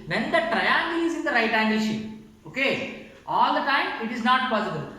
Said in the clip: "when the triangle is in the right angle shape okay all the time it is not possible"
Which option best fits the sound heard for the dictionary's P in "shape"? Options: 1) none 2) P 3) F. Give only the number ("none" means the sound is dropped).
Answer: 1